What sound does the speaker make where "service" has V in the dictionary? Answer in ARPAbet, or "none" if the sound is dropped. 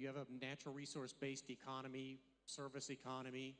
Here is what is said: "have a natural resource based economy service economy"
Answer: V